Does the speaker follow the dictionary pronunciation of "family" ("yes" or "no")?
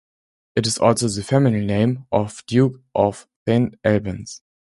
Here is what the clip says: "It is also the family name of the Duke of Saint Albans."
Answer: no